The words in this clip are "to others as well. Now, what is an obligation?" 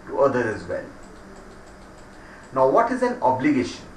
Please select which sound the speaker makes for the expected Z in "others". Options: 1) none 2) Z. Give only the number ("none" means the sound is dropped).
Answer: 1